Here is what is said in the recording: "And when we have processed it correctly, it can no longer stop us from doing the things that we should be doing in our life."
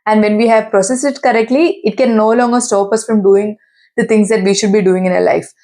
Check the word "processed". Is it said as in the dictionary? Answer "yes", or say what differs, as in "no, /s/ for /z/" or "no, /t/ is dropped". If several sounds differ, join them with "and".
no, /t/ is dropped